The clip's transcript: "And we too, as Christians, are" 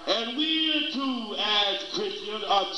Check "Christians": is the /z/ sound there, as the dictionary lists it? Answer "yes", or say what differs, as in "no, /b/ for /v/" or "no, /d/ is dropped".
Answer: no, /z/ is dropped